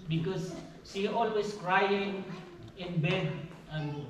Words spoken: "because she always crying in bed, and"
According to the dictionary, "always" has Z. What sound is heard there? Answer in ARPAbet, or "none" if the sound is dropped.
S